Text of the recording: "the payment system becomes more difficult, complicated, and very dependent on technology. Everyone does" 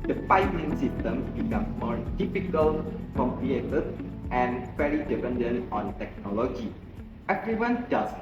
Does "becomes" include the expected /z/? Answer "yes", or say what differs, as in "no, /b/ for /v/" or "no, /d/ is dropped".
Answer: no, /z/ is dropped